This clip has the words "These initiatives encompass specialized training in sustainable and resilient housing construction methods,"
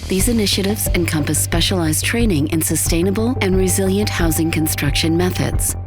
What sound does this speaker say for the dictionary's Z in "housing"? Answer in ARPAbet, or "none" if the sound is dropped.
Z